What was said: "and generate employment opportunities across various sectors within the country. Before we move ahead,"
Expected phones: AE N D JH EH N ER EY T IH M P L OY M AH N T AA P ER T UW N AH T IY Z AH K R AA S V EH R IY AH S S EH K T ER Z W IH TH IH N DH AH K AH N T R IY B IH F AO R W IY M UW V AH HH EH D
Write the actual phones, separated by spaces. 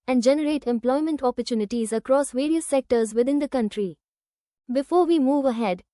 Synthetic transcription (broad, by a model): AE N D JH EH N ER EY T IH M P L OY M AH N T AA P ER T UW N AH T IY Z AH K R AA S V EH R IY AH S S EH K T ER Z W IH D IH N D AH K AH N T R IY B IH F AO R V IY M UW V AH HH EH D